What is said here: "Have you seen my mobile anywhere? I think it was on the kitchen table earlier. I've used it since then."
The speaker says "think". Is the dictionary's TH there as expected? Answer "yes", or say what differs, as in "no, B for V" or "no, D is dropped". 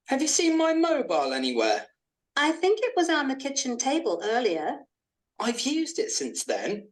yes